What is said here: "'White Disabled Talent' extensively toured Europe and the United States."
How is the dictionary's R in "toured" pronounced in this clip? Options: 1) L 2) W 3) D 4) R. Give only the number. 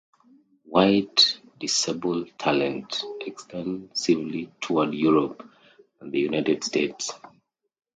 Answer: 2